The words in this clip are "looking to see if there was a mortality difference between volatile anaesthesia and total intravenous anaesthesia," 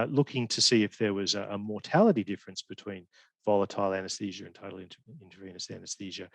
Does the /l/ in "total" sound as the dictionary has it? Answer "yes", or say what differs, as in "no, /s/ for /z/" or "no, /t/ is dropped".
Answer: no, /n/ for /l/